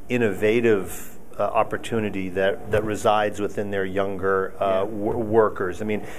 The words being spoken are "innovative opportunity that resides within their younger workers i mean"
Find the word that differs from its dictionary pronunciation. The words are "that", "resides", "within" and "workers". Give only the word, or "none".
none